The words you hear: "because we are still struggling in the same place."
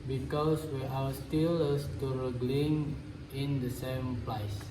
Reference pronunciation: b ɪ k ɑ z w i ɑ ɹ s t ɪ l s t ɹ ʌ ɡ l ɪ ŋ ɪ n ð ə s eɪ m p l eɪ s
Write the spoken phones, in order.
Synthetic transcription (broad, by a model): b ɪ k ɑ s w i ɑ w s t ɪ l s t ɹ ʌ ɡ l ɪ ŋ ɪ n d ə s eɪ m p l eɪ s